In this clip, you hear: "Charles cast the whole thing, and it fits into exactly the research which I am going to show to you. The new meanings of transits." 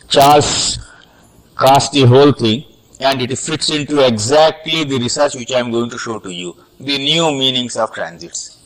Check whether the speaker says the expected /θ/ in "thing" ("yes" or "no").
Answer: no